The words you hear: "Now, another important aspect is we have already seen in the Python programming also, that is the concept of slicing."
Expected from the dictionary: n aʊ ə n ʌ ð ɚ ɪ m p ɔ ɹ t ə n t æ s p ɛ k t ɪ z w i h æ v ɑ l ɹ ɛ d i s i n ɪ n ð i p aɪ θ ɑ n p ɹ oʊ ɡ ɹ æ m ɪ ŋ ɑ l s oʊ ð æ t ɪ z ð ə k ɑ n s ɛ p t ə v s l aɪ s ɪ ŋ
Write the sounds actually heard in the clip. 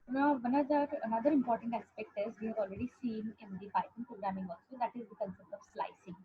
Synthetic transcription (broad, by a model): n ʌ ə n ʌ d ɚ ɪ m p ɔ ɹ t ə n t æ s p ɛ k t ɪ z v i h æ v ɑ l ɹ ɛ d i s i n ɪ n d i b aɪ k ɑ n p ɹ oʊ ɡ ɹ æ m ɪ ŋ ɑ l s oʊ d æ t ɪ z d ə k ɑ n s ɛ p t ə v s l aɪ s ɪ ŋ